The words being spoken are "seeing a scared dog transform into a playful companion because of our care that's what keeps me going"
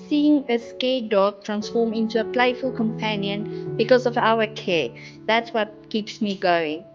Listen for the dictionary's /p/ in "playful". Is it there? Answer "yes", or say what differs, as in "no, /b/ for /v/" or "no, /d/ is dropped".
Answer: yes